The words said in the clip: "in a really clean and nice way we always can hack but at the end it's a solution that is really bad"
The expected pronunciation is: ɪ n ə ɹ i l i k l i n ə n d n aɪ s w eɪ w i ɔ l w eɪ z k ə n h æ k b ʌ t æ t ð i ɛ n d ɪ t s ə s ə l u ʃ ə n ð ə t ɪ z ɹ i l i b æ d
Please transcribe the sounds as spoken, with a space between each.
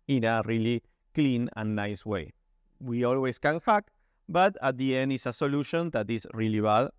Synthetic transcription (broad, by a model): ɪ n ə ɹ i l i k l i n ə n n aɪ s w eɪ w i ɔ l w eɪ s k ə n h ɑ k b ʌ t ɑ t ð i ɛ n d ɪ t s ə s ə l u ʃ ə n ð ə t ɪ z ɹ i l i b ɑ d